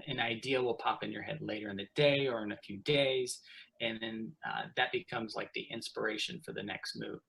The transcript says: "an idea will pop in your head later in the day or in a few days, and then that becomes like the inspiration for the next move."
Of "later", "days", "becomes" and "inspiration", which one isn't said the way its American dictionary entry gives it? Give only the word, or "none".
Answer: none